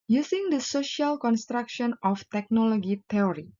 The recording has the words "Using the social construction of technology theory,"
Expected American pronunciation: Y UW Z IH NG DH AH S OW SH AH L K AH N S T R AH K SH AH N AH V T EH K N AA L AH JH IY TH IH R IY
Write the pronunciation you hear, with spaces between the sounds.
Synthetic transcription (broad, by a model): Y UW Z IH NG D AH S OW SH AH L K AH N S T R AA K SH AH N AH F T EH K N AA L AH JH IY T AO R IY